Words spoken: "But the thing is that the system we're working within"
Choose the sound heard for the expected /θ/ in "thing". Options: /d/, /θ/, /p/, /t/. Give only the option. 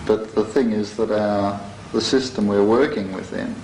/θ/